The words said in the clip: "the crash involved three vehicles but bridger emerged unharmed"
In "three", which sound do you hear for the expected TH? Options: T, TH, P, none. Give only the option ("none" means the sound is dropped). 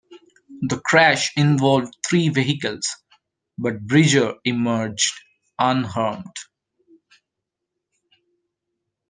T